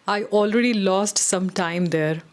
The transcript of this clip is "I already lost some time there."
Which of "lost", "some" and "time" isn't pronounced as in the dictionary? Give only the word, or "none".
none